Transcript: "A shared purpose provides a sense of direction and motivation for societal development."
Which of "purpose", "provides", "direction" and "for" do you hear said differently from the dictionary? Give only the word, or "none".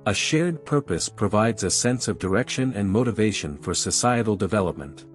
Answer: none